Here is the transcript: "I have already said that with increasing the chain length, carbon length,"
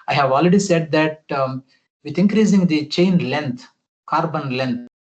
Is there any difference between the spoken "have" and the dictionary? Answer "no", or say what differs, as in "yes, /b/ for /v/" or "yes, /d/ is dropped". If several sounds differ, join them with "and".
no